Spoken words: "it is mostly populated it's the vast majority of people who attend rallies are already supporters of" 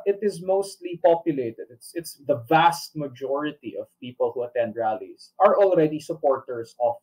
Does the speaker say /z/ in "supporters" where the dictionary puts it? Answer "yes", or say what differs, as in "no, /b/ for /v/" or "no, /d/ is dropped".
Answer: no, /s/ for /z/